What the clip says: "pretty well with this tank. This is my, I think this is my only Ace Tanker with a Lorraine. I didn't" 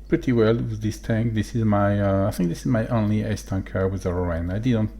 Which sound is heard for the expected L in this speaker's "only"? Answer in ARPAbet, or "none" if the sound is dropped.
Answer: L